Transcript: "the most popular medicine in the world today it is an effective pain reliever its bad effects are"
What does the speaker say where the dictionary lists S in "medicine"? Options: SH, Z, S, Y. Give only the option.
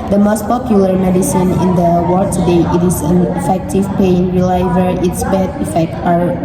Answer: S